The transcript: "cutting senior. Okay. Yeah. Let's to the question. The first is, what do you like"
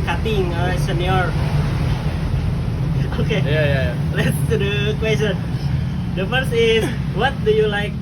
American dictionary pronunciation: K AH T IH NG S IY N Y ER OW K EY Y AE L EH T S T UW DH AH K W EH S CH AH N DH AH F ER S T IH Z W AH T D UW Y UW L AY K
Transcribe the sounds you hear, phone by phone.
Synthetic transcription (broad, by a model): K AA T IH NG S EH N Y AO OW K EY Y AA L EH T S T UW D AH K W EH S CH AH N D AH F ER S IH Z W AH T D UW Y UW L AY K